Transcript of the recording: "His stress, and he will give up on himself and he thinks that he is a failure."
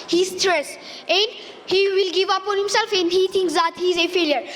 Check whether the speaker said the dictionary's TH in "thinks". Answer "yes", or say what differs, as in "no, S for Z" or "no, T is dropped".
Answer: no, T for TH